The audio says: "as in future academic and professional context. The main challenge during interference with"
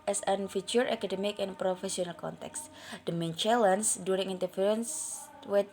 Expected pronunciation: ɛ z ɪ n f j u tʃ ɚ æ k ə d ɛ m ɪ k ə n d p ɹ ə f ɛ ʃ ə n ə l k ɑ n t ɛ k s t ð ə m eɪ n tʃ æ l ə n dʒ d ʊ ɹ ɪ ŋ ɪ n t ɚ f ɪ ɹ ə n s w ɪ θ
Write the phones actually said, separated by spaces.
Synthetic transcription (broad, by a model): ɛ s ɪ n f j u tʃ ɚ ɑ k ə d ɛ m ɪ k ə n p ɹ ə f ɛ s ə n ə l k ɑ n t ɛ k s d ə m eɪ n tʃ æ l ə n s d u ɹ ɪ ŋ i n t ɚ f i ɹ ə n s w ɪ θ